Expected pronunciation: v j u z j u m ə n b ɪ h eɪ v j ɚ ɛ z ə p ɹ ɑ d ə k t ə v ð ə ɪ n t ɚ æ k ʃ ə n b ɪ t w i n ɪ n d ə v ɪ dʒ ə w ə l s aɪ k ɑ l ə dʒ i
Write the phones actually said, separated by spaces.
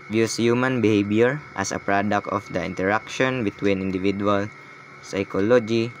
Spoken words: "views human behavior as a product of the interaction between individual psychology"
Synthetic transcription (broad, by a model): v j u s j u m ə n b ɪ h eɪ b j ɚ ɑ s ə p ɹ ɑ d ə k t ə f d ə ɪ n t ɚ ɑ k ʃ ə n b ɪ t w i n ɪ n d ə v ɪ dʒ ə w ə l s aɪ k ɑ l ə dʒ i